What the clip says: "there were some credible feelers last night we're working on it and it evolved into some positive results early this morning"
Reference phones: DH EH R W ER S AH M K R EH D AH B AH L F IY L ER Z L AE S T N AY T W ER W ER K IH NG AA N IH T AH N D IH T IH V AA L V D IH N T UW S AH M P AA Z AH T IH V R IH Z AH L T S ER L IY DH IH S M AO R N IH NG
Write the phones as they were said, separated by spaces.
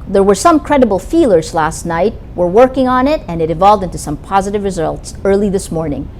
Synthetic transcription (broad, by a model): DH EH R W ER S AH M K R EH D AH B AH L F IY L ER Z L AE S T N AY T W ER W ER K IH NG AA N IH T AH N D IH T IH V AA L V D IH N T UW S AH M P AA Z AH T IH V R IH Z AH L T S ER L IY DH IH S M AO R N IH NG